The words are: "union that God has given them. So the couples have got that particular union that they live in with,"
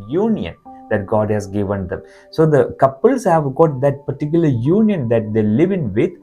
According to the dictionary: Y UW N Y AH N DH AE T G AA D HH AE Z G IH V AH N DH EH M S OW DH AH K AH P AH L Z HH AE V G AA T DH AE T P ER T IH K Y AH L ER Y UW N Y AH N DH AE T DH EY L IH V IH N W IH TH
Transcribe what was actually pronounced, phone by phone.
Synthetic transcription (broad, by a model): Y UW N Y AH N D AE T G AA D HH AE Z G IH V AH N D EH M S OW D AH K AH P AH L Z HH AE V G AA T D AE T P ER T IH K Y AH L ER Y UW N Y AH N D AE T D EY L IH V IH N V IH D